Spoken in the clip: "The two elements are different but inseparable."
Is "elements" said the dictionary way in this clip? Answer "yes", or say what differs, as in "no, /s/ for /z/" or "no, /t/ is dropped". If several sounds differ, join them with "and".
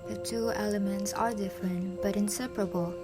yes